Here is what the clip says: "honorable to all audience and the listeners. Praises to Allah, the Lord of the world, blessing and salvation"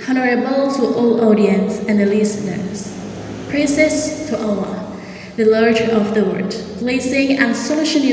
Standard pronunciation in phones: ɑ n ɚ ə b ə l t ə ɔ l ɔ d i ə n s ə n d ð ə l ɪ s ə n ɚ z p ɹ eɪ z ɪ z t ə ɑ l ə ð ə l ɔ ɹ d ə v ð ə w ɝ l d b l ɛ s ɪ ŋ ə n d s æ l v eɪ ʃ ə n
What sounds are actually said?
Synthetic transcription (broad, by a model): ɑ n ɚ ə b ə l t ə ɔ l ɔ d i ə n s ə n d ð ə l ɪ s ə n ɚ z p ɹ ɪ s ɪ s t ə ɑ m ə ð ə l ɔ ɹ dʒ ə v ð ə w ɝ d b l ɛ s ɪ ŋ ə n s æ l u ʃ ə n